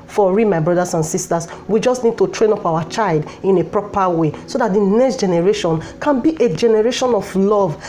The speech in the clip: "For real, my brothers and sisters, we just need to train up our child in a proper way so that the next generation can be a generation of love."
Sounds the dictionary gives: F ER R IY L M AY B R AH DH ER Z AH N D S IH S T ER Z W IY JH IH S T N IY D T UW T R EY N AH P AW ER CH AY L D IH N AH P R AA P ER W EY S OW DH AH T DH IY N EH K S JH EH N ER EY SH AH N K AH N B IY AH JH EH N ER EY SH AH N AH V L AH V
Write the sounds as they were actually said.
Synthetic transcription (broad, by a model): F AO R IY M AY B R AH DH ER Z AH N S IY S T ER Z W IY JH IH S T N IY D T UW T R EY N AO P AW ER CH AY L D IH N AH P R AA P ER W EY S OW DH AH T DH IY N EH K S JH EH N ER EY SH AH N K AH N B IY AH JH EH N ER EY SH AH N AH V L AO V